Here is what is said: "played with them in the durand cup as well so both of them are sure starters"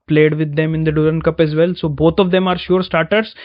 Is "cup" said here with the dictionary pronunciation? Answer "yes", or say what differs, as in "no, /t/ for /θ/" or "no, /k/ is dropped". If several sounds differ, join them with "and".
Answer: yes